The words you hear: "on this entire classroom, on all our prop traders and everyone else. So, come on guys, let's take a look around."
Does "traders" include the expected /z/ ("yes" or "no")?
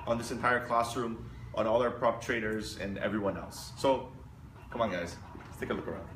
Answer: yes